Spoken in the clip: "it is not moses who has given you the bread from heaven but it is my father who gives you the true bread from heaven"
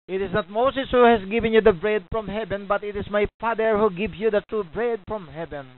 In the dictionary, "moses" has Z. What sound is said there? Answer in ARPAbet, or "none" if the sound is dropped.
S